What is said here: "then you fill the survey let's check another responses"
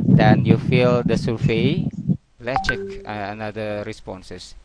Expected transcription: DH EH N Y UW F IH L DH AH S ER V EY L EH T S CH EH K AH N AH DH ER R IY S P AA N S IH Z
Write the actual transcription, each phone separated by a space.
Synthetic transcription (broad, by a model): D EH N Y UW F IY L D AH S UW F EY L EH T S CH EH K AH N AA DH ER R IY S P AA N S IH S